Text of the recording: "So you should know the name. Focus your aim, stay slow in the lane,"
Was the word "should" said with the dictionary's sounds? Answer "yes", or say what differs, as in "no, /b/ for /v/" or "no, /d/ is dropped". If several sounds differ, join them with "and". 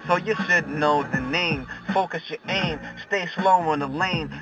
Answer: no, /s/ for /ʃ/